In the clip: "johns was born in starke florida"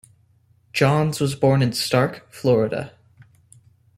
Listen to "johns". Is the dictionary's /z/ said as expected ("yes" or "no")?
yes